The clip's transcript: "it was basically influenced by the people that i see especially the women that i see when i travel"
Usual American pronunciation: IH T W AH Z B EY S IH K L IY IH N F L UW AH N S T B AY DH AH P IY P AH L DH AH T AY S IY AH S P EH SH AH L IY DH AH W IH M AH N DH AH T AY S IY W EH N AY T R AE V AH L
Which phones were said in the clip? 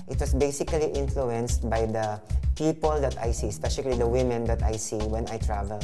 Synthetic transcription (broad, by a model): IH T W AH S B EY S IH K L IY IH N F L UW AH N S T B AY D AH P IY P AH L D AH T AY S IY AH S P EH SH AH L IY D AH W IH M AH N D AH T AY S IY W EH N AY T R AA V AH L